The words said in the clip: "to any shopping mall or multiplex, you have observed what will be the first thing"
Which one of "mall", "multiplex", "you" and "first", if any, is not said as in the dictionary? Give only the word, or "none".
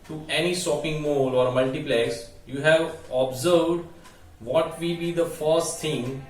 multiplex